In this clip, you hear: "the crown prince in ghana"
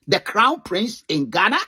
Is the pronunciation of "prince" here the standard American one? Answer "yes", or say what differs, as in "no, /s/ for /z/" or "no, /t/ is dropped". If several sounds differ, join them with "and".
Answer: yes